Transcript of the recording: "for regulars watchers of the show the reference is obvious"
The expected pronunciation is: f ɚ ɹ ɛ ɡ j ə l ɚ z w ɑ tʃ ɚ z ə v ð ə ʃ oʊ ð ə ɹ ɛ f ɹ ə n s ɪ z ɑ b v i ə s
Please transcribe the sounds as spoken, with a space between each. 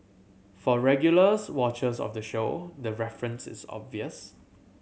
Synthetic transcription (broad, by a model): f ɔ ɹ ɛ ɡ j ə l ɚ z w ɑ tʃ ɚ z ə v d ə ʃ oʊ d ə ɹ ɛ f ɹ ə n s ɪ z ɑ b v i ə s